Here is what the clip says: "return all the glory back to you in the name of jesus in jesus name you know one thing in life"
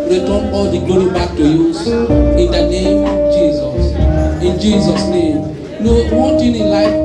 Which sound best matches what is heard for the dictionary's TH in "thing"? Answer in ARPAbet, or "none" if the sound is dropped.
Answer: T